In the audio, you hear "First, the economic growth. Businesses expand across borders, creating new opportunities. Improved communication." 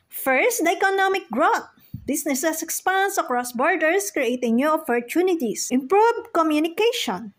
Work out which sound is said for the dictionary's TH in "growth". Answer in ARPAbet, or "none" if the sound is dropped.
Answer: T